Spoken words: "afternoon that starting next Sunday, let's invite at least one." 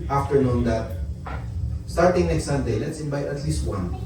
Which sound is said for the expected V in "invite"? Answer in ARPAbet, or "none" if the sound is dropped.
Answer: B